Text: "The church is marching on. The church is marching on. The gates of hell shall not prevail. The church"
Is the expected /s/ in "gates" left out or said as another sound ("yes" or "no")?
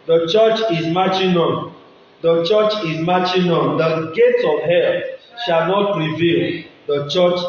yes